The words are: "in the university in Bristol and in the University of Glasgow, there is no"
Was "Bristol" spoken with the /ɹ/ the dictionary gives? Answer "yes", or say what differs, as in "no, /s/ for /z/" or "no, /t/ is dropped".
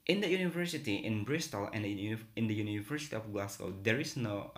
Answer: yes